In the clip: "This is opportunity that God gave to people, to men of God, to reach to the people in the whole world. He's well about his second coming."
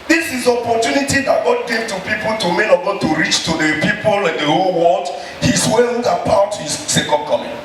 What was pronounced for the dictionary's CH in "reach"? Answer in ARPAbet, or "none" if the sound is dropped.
CH